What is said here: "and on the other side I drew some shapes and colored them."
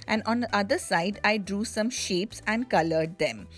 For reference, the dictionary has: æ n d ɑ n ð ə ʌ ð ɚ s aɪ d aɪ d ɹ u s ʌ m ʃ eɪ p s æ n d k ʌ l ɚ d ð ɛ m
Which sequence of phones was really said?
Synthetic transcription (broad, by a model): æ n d ɑ n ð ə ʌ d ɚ s aɪ d aɪ d ɹ u s ʌ m ʃ eɪ p s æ n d k ʌ l ɚ d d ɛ m